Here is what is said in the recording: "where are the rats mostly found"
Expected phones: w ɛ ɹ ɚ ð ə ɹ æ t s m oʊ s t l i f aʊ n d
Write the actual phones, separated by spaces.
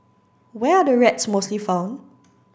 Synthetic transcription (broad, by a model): w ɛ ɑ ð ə ɹ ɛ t s m oʊ s t l i f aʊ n